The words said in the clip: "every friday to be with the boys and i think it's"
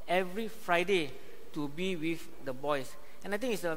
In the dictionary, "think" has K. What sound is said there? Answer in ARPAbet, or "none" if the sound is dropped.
none